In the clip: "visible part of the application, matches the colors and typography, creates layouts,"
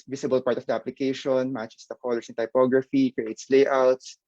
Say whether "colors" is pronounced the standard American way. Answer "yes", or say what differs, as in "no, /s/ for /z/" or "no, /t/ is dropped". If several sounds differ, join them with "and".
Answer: no, /s/ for /z/